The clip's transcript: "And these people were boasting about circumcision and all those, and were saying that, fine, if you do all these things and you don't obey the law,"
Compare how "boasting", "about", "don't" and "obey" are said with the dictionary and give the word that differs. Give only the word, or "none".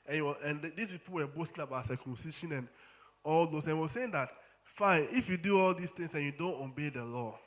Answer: none